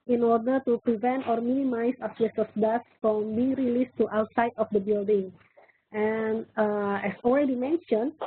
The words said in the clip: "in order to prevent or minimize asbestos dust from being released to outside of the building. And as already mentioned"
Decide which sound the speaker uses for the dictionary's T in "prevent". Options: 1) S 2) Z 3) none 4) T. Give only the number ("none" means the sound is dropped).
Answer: 4